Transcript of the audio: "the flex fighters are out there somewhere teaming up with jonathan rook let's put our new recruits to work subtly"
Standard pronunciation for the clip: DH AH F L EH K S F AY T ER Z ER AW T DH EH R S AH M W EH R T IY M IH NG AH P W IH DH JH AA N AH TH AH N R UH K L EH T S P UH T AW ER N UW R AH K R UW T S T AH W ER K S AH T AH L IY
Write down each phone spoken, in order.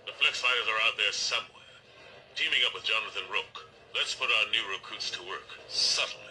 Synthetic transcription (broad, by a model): DH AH F L EH K S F AY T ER Z ER AW T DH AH R S AH M W EH R T IY M IH NG AH P W IH DH JH AA N AH TH AH N R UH K L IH T S P UH T AW ER N UW R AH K UW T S T AH W ER K S AH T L